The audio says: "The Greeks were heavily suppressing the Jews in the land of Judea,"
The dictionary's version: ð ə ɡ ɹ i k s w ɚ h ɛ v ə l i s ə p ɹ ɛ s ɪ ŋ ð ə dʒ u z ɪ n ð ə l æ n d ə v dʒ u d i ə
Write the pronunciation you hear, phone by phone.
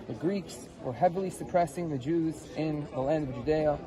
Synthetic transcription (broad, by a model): ð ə ɡ ɹ i k s w ɚ h ɛ v l i s ə p ɹ ɛ s ɪ ŋ ð ə dʒ u z ɪ n ð ə l æ n d ə v dʒ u d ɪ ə